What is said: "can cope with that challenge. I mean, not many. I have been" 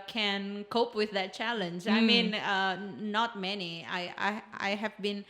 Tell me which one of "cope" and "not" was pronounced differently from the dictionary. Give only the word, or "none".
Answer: none